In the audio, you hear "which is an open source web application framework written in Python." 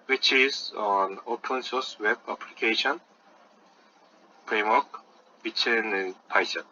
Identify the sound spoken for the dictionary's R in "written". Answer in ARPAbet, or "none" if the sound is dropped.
W